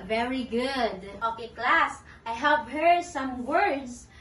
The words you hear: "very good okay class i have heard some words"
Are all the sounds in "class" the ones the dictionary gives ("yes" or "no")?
yes